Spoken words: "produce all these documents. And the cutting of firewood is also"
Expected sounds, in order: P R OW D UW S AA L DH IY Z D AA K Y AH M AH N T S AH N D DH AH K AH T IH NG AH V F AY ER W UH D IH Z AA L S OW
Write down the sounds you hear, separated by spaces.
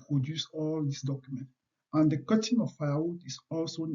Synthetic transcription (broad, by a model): P R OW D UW S AA L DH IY S D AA K Y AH M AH N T AH N D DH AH K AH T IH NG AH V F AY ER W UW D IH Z AA L S OW